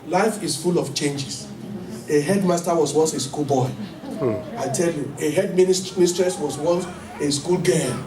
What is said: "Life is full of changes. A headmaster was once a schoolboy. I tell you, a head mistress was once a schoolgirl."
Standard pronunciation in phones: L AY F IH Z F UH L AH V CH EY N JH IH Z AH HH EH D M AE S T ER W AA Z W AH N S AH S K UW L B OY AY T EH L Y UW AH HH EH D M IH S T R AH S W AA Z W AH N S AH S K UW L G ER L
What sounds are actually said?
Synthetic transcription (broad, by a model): L AY F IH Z F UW L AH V CH EY N JH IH S AH HH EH D M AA S T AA W AA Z W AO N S AH S K UW L B OY AY T EH L Y UW AH HH EH D M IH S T R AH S W AA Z W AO N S AH S K UW L G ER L